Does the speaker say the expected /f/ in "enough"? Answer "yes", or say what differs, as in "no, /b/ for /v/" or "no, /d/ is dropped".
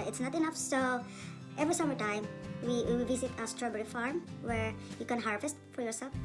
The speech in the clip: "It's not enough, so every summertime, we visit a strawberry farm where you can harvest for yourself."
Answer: yes